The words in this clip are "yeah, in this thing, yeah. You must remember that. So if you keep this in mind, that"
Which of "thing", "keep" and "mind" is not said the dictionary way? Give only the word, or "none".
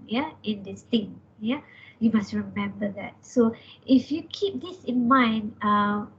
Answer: thing